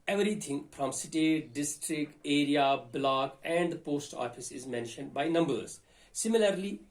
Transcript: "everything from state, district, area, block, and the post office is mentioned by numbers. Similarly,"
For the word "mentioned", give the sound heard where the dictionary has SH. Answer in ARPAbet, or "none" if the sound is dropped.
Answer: SH